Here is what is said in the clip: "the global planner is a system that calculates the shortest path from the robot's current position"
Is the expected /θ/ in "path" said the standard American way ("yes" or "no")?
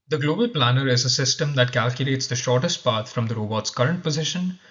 no